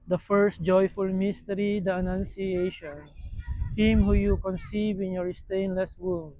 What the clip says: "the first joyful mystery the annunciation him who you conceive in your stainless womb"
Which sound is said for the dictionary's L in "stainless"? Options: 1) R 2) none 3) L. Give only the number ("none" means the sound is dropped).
3